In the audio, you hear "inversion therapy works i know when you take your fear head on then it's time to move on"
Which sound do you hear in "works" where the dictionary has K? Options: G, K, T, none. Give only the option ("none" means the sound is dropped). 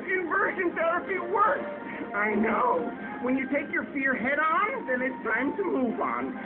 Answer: none